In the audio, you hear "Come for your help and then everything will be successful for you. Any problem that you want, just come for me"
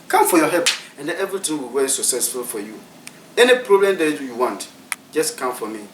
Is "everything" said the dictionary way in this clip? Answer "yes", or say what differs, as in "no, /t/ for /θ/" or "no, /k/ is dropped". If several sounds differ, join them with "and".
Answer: no, /t/ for /θ/